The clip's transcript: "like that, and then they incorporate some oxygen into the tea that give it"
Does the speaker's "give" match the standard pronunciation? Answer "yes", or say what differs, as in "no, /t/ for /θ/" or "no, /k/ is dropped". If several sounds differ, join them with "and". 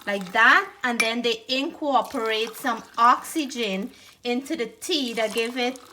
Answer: yes